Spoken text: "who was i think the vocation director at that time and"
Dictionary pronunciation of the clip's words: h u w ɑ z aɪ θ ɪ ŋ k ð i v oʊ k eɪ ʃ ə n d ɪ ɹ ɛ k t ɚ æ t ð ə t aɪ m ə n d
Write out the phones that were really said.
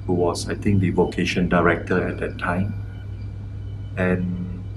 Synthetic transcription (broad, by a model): h u w ɑ s aɪ t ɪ ŋ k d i v oʊ k eɪ ʃ ə n d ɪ ɹ ɛ k t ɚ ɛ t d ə t aɪ m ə n